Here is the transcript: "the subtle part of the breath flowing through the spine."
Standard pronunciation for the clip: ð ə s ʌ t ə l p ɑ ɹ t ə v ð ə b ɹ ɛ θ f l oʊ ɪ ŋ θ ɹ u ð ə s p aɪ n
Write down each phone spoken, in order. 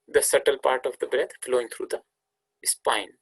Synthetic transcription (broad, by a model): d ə s ʌ t ə l p ɑ ɹ t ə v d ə b ɹ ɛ t f l oʊ ɪ ŋ t ɹ u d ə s p aɪ n